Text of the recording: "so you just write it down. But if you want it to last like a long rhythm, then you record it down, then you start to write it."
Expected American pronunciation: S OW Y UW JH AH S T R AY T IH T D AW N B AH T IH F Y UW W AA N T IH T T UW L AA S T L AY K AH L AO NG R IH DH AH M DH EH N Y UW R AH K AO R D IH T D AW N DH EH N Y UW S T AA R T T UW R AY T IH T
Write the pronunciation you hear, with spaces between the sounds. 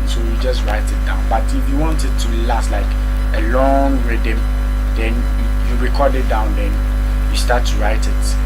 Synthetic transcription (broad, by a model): S OW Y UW JH AH S T R AY T IH T D AW N B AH T IH F Y UW W AA N T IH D T UW L AA S T L AY K AH L AO NG R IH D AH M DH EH N Y UW R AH K AO D IH T D AW N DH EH N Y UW S T AA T T UW R AY T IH T